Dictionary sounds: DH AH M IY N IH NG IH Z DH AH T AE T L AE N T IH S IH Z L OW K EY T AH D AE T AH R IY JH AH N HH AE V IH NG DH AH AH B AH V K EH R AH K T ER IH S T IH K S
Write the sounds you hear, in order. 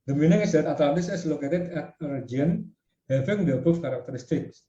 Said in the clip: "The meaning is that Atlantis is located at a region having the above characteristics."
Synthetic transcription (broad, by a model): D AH M IY N IH NG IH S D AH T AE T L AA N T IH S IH S L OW K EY T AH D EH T AH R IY AH N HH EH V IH NG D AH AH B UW F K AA R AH K T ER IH S T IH K S